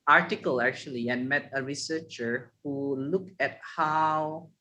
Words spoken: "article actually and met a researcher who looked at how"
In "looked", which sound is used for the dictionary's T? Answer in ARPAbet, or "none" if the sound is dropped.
none